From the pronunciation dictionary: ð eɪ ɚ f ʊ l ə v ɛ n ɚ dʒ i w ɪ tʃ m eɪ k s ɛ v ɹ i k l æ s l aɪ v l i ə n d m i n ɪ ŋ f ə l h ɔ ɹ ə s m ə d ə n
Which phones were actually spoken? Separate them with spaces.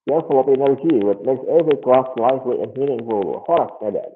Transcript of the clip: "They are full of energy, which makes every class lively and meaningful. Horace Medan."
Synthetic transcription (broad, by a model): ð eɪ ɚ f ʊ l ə p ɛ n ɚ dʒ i w ɪ tʃ m eɪ k s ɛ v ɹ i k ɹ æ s l aɪ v l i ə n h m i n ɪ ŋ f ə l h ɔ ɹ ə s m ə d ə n